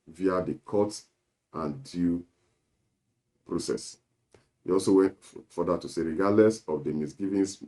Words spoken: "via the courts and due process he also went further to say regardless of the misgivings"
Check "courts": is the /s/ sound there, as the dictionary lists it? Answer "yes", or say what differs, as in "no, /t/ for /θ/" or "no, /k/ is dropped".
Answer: no, /s/ is dropped